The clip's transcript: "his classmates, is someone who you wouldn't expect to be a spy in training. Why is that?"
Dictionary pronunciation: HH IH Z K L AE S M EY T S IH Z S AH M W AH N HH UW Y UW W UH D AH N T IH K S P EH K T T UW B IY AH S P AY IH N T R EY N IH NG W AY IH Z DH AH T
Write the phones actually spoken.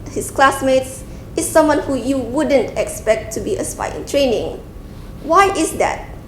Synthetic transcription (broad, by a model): HH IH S K L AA S M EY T S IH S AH M W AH N HH UW Y UW W UH D AH N T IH K S P EH K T T UW B IY AH S P AY IH N T R EY N IH NG W AY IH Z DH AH T